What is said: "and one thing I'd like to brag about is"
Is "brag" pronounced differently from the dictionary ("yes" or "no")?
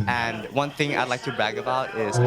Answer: yes